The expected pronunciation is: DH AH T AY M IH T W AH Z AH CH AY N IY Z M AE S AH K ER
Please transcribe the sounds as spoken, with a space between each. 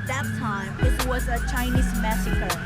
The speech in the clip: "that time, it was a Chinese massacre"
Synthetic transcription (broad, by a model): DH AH T AY M IH T W AH Z AH CH AY N IY Z M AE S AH K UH